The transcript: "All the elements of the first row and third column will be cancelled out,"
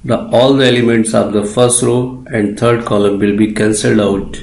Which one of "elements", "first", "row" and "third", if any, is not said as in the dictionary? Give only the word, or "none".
third